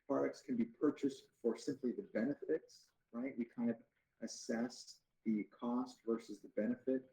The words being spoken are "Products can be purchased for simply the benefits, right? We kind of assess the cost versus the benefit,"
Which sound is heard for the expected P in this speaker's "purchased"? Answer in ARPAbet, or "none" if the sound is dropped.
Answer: P